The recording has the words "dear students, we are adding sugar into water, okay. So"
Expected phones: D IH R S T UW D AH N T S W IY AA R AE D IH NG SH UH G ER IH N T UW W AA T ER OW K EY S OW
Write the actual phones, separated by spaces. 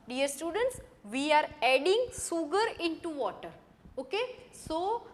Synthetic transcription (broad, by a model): D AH R S T UW D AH N T S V IY AA R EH D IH NG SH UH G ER IH N T UW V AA T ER OW K EY S OW